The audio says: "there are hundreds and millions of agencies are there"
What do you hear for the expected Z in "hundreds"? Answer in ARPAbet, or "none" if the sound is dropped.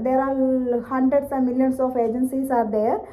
S